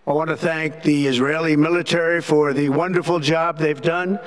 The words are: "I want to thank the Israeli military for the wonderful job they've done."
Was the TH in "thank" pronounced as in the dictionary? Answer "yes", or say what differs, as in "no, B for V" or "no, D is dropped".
yes